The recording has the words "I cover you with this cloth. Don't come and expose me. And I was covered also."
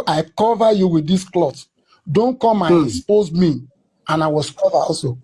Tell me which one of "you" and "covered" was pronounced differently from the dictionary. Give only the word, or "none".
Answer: covered